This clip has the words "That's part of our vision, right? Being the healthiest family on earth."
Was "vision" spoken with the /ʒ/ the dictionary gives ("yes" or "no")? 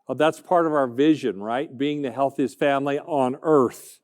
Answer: yes